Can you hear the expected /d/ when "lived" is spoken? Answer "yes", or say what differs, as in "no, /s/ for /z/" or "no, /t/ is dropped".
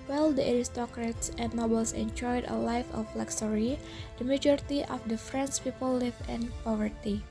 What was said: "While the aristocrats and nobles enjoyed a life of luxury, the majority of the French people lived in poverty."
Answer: no, /d/ is dropped